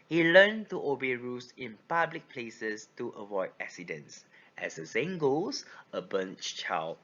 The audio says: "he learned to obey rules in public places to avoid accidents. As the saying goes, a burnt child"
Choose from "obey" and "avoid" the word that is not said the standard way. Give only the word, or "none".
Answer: none